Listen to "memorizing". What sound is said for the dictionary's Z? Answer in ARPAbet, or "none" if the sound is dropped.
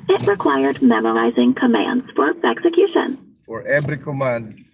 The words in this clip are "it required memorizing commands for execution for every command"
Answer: Z